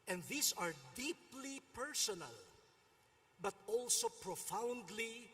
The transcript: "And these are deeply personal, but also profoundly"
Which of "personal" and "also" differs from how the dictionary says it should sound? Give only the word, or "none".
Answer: none